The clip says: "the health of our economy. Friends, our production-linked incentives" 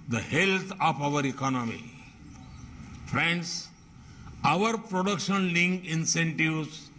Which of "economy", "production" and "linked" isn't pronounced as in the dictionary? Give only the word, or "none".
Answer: linked